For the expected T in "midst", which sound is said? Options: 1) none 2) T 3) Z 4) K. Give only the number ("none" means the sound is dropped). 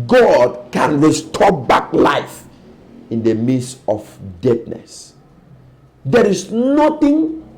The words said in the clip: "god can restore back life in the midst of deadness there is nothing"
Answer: 1